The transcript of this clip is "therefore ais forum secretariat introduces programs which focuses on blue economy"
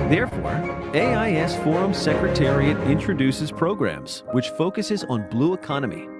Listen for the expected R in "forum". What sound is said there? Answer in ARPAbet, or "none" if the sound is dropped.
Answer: R